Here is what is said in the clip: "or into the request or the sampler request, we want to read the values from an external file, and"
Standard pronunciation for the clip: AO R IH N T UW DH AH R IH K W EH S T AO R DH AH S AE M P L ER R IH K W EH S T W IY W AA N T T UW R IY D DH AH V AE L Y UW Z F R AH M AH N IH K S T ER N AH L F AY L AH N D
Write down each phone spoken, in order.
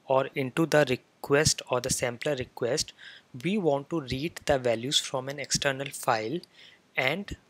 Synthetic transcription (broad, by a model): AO R IH N T UW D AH R IH K W EH S T AO R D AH S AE M P L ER R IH K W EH S T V IY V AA N T T UW R IY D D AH V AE L Y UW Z F R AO M AH N IH K S T ER N AH L F AY L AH N D